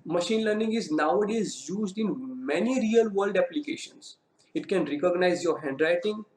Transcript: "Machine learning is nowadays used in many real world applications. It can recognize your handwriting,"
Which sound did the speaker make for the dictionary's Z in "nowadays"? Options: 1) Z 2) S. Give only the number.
1